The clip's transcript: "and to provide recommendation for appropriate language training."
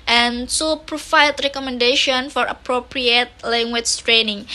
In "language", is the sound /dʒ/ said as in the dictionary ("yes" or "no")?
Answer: no